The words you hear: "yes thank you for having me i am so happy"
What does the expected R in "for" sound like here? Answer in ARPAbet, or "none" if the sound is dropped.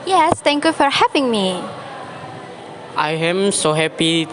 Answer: R